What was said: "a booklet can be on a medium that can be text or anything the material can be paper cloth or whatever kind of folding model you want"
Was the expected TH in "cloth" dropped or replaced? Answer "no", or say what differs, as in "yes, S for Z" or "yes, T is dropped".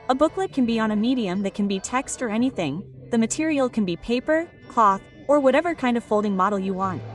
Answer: no